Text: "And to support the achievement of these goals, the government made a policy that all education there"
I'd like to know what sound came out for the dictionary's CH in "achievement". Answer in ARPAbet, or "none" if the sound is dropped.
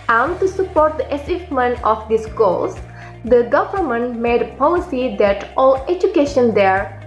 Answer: S